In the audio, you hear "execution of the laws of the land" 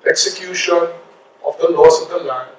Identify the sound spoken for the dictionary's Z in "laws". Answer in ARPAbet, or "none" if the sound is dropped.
S